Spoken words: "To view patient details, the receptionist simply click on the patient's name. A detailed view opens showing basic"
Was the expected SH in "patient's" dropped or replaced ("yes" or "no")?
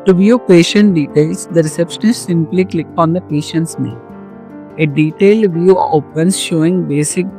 no